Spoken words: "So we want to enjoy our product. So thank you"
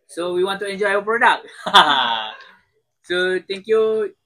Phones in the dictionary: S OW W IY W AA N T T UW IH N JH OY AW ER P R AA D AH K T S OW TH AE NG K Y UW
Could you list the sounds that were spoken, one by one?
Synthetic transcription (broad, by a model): S OW W IY W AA N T T UW IH N JH OY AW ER P R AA D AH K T S OW T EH NG K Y UW